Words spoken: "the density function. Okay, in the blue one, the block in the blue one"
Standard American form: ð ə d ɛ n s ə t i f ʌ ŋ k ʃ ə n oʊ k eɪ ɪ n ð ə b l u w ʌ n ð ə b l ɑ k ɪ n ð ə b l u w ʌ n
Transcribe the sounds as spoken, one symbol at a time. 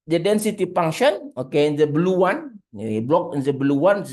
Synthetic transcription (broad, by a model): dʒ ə d ɛ n s ə t i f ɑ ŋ ʃ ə n oʊ k eɪ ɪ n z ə b l u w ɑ n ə b l ɑ k ɪ n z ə b l u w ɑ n